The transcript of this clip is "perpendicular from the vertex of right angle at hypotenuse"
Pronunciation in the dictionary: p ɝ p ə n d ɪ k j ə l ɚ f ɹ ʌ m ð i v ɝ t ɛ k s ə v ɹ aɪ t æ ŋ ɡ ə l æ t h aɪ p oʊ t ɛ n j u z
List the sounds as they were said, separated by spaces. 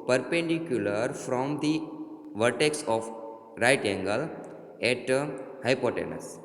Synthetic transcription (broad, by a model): p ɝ p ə n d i k j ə l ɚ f ɹ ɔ m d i v ɝ t ɛ k s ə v ɹ aɪ t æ ŋ ɡ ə l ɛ t h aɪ p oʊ t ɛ n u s